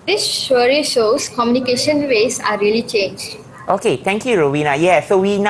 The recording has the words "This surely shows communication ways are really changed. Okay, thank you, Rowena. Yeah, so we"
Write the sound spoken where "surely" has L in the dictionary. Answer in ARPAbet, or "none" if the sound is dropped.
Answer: none